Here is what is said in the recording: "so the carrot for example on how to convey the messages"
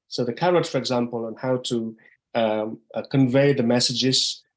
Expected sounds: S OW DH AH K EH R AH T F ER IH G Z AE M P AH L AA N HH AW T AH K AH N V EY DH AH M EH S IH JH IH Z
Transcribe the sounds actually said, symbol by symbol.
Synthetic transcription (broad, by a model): S OW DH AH K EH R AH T F ER IH G Z AE M P AH L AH N HH AW T AH K AH N V EY DH AH M EH S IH JH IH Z